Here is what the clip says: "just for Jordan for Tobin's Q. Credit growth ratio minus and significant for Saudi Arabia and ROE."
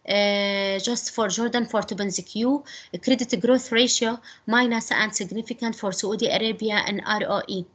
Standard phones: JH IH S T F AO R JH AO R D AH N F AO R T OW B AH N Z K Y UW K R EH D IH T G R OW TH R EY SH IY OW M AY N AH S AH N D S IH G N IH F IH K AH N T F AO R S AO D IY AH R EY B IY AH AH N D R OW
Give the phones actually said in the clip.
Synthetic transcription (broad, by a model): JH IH S T F AO R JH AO R D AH N F AO R T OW B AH N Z K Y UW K R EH D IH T G R OW TH R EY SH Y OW M AY N AH S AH N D S IH G N IH F IH K AH N T F AO R S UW D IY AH R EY B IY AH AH N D R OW